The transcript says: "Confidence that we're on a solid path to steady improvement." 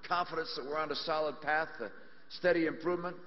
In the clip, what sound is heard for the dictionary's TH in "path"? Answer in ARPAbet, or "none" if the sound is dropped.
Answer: TH